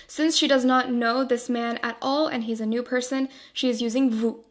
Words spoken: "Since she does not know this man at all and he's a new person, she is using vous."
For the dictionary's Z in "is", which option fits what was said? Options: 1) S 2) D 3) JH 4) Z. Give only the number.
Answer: 4